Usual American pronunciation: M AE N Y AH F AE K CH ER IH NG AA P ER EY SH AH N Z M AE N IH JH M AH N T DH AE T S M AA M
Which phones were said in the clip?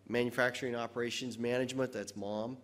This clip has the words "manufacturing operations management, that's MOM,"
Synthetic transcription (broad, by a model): M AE N Y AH F AE K CH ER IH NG AA P ER EY SH AH N Z M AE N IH JH M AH N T DH AE T S M AA M